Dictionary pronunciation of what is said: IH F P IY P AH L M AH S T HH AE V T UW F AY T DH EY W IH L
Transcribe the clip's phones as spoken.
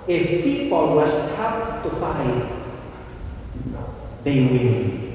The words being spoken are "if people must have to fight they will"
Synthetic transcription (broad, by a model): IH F P IY P AH L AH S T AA P T UW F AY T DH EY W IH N